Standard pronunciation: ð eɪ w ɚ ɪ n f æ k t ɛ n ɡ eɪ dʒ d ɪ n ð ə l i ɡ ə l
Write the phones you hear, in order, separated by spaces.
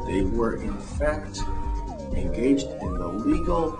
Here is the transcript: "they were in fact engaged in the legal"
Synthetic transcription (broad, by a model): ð eɪ w ɚ ɪ n f æ k t ɛ n ɡ eɪ dʒ d ɪ n ð ə l i ɡ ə l